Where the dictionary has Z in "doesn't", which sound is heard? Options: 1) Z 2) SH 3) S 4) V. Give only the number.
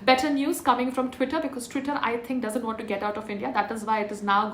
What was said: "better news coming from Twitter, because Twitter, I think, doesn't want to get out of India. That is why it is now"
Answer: 1